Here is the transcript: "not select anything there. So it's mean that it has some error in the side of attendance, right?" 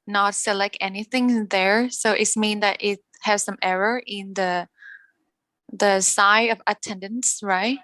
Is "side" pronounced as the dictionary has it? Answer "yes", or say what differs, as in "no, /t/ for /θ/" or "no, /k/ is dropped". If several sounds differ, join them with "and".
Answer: no, /d/ is dropped